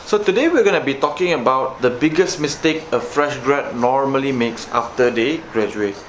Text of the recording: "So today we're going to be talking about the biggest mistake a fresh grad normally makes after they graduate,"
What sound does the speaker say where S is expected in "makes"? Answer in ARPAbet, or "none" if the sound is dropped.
S